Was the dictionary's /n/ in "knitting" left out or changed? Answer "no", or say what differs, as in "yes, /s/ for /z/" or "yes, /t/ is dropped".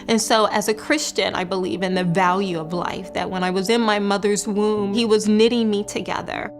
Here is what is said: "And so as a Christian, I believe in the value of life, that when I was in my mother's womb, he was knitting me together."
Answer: no